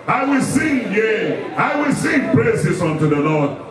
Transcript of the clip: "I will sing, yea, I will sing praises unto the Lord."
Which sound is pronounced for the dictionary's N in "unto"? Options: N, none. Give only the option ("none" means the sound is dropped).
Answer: N